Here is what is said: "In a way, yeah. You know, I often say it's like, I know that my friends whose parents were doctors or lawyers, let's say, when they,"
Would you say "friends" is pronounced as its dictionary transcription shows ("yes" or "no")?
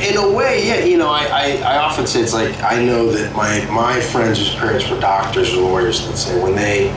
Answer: yes